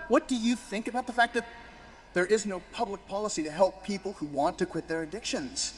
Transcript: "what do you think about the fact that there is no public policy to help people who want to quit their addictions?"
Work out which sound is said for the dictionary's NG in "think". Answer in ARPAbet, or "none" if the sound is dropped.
NG